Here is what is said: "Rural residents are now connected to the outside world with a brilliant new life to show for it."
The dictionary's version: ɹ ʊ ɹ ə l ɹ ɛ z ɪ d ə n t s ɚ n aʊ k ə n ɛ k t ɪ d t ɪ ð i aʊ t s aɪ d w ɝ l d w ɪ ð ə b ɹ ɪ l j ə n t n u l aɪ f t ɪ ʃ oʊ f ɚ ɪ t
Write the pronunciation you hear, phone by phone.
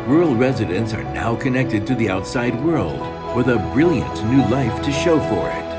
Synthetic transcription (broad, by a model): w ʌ ɹ l ɹ ɛ z ɪ d ə n t s ɚ n aʊ k ə n ɛ k t ɪ d t ɪ ð i aʊ t s aɪ d w ɝ l d w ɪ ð ə b ɹ ɪ l j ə n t n u l aɪ f t ɪ ʃ oʊ f ɚ ɪ t